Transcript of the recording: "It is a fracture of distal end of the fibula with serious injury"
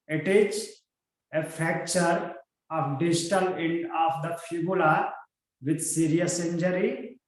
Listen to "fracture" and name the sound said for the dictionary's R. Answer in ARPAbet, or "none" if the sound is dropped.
none